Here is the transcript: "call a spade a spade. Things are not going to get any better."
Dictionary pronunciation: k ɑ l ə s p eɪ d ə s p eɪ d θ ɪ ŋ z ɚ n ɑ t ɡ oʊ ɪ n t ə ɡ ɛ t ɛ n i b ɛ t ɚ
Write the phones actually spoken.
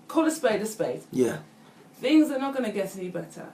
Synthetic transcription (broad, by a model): k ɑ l ə s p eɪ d ə s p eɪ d θ ɪ ŋ z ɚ n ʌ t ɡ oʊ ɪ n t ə ɡ ɛ t ɛ n i b ɛ t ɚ